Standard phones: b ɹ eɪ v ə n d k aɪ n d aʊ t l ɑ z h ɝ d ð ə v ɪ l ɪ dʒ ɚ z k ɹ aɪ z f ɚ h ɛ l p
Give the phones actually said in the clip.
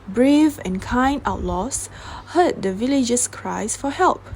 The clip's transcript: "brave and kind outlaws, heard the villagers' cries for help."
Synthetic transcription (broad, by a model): b ɹ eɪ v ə n k aɪ n aʊ t l ɑ s h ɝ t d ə v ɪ l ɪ dʒ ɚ s k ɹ aɪ s f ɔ h ɛ l p